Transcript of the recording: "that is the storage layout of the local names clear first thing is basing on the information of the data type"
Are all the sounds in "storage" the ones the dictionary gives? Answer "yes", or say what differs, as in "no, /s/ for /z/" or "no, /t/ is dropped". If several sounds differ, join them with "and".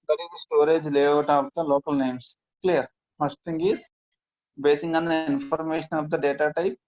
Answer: yes